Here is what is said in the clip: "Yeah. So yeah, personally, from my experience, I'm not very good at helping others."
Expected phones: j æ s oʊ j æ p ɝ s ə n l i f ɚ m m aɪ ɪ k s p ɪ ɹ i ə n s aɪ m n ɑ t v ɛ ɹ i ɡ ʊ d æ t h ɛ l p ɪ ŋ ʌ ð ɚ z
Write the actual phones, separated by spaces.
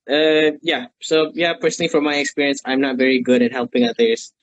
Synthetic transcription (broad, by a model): j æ s oʊ j æ p ɝ s ə n l i f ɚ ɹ m aɪ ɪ k s p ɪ ɹ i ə n s aɪ m n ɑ t v ɛ ɹ i ɡ ʊ d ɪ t h ɛ l p ɪ ŋ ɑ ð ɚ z